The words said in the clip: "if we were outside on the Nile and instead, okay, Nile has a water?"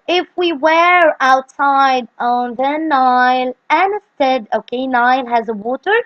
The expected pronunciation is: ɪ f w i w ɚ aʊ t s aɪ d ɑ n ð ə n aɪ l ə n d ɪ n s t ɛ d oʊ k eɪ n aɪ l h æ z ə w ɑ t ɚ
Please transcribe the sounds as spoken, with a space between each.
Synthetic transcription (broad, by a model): ɪ f w i w ɚ aʊ t s aɪ d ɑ n ð ə n aɪ l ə n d ɪ n s t ɛ d oʊ k eɪ n aɪ l h æ z ə w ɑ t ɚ